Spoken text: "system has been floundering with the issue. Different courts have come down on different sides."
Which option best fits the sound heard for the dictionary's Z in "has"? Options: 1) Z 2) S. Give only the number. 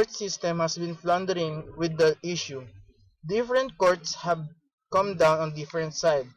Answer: 2